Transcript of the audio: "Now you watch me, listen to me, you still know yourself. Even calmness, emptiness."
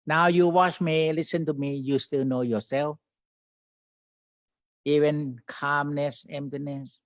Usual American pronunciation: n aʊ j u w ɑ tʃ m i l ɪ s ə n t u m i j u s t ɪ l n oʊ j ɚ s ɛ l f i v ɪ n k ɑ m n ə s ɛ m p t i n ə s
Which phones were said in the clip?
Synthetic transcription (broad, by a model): n aʊ j u w ɑ tʃ m i l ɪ s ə n t u m i j u s t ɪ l n oʊ j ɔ s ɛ l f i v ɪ n k ɑ m n ə s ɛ m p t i n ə s